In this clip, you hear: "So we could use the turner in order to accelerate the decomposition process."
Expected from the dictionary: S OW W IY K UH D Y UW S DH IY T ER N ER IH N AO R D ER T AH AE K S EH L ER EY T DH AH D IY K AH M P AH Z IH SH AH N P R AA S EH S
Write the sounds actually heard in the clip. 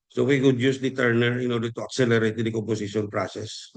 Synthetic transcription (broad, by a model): S OW W IY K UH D Y UW S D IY T ER N ER IH N AO R D ER T AH AE K S EH L ER EY T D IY K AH M P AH S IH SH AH N P R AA S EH S